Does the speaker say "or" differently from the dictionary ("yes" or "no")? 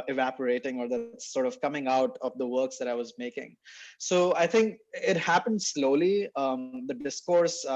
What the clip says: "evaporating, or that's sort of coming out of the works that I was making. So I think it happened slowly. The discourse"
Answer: no